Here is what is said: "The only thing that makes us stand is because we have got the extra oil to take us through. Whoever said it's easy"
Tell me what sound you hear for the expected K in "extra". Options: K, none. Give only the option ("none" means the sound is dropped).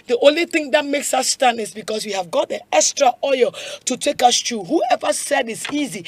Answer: K